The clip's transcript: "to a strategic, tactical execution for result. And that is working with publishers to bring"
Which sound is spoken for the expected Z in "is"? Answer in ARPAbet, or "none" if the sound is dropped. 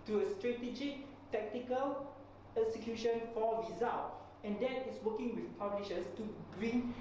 S